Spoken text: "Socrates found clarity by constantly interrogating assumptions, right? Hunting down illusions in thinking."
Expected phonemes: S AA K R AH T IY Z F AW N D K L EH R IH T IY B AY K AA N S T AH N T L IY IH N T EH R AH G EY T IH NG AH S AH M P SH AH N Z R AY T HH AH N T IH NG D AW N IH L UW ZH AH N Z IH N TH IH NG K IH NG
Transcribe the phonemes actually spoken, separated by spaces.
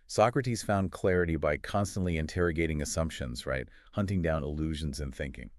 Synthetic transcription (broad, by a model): S AA K R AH T IY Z F AW N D K L EH R IH T IY B AY K AA N S T AH N T L IY IH N T EH R AH G EY T IH NG AH S AH M P SH AH N Z R AY T HH AH N T IH NG D AW N IH L UW ZH AH N Z IH N TH IH NG K IH NG